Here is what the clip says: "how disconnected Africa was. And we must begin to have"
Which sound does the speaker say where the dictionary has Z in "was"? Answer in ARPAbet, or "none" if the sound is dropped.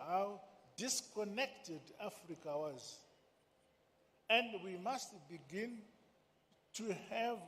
Z